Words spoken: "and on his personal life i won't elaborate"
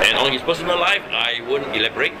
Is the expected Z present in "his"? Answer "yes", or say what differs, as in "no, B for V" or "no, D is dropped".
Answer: no, S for Z